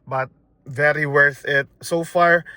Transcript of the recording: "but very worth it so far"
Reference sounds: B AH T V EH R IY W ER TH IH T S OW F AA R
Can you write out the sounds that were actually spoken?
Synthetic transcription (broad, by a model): B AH T V EH R IY W ER TH IH T S OW F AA R